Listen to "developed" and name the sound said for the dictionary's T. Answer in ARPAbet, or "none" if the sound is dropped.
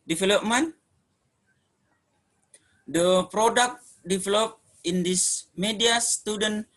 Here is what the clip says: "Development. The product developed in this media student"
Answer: none